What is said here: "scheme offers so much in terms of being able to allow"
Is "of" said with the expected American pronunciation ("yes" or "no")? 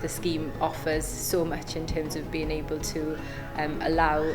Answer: yes